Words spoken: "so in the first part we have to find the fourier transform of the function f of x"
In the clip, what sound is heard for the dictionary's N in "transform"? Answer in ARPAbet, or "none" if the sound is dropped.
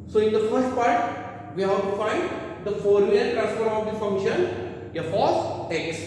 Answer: none